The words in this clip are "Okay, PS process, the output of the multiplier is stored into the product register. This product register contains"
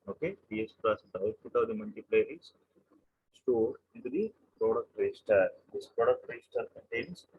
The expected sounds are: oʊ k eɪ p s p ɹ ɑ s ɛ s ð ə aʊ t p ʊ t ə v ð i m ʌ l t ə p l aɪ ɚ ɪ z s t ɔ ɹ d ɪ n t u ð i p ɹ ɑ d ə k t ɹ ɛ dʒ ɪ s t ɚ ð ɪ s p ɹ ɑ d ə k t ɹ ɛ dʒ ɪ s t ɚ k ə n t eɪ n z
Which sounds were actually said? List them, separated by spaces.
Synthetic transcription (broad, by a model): oʊ k eɪ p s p l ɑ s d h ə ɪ s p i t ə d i m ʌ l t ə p l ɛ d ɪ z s t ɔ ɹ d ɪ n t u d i p ɹ ɑ d ə k t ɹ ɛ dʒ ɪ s t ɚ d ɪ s p ɹ ɑ d ə k t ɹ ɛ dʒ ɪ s t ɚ k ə n t eɪ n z